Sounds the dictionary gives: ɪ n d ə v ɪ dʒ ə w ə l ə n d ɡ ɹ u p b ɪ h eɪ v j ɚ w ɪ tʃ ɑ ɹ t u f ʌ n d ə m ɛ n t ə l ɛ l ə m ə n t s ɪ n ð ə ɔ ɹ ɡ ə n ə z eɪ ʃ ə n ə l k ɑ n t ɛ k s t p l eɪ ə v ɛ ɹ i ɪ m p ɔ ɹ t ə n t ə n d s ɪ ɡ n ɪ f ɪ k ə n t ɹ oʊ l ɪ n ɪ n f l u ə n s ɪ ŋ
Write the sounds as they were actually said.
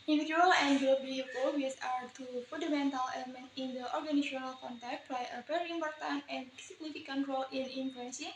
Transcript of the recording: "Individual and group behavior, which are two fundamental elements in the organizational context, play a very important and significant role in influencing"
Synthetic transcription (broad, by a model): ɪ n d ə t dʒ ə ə l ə n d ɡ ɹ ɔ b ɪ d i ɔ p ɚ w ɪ s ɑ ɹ t u f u n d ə m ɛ n t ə l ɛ l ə m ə n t ɪ n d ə ɔ ɹ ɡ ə n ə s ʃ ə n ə l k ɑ n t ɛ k t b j ə p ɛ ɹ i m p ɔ ɹ t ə n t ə n s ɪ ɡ n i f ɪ k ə n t ɹ oʊ l ɪ n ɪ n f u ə n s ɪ